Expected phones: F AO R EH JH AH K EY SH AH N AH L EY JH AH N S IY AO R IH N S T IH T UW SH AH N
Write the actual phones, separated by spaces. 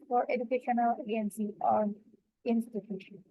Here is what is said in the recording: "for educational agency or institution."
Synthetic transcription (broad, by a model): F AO R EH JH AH K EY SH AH N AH L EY AH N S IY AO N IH N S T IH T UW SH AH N